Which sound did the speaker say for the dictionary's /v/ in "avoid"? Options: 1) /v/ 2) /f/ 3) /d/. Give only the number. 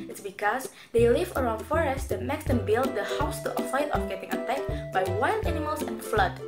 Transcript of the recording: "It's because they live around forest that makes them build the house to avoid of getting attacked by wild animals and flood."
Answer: 2